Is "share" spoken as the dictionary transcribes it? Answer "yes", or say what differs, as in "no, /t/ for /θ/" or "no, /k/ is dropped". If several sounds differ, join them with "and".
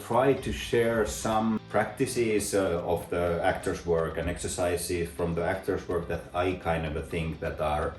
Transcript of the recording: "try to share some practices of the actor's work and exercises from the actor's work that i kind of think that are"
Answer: yes